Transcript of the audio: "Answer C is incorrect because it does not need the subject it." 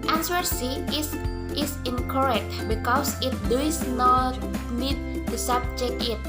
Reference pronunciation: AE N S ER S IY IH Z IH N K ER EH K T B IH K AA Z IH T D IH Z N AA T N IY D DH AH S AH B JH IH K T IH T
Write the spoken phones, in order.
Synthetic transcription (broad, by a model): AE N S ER S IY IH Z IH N K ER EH K T B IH K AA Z IH T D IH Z N AA T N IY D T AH S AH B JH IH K IH T